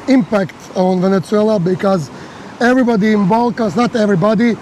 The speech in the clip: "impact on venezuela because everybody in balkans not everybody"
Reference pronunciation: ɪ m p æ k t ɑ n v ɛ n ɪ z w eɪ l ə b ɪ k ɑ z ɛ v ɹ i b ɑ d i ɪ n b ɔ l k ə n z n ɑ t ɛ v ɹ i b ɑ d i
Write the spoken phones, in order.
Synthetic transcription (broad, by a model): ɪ m p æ k t ɑ n v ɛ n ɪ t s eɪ l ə b ɪ k ɑ z ɛ v ɹ i b ɑ d i ɪ n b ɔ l k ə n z n ɑ t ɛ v ɹ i b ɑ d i